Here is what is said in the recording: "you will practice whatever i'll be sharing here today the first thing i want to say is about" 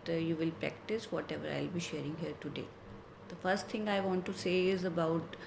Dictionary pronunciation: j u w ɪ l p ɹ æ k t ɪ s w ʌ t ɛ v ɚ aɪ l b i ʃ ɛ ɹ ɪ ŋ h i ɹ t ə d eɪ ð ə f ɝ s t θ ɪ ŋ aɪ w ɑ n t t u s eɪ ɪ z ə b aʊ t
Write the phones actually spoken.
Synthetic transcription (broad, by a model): j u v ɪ l p ɹ æ k t ɪ s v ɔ t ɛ v ɚ aɪ l b i ʃ ɛ ɹ ɪ ŋ h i ɹ t ə d eɪ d ə f ɝ s t t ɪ ŋ aɪ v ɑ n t t u s eɪ ɪ z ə b aʊ t